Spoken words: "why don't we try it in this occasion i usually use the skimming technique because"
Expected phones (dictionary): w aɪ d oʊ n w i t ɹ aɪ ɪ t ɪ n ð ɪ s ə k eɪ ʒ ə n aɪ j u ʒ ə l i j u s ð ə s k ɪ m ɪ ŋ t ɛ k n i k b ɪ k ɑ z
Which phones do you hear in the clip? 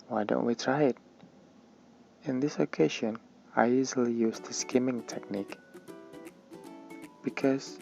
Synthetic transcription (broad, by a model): w aɪ d oʊ n w i t ɹ aɪ ɪ t ɪ n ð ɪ s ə k eɪ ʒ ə n aɪ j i z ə l i j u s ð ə s k ɪ m ɪ ŋ t ɛ k n i k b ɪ k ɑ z